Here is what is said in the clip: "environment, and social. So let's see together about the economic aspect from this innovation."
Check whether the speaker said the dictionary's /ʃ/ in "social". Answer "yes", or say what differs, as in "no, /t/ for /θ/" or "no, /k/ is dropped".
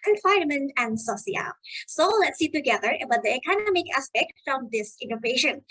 no, /ʃ/ is dropped